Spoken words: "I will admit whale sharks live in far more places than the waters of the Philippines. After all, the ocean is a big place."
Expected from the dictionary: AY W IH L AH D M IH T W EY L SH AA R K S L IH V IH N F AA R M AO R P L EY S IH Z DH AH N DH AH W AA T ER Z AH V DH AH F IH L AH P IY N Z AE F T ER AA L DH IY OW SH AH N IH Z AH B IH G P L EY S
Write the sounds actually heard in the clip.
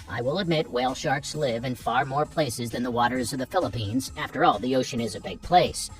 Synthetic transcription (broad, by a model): AY W IH L AH D M IH T W EY L SH AA R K S L IH V IH N F AA R M AO R P L EY S IH Z DH AH N DH AH W AA T ER Z AH V DH AH F IH L AH P IY N Z AE F T ER AA L DH IY OW SH AH N IH Z AH B IH G P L EY S